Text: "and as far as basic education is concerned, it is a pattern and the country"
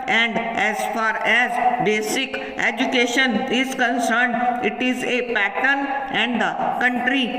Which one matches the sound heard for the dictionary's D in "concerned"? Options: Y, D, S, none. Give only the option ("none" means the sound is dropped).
D